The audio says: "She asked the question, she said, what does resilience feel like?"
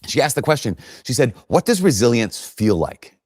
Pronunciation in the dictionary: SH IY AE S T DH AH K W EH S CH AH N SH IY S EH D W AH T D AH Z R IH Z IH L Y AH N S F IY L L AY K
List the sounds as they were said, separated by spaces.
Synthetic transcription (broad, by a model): SH IY AE S T DH AH K W EH S CH AH N SH IY S EH D W AH T D AH Z R IH Z IH L Y AH N S F IY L L AY K